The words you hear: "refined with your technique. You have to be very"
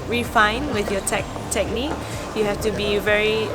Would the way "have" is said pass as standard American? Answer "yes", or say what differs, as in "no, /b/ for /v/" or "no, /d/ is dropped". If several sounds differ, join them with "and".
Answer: no, /f/ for /v/